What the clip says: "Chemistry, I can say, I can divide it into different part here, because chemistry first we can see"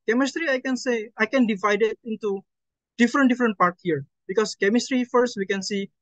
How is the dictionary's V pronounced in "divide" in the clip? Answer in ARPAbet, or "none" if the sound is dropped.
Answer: V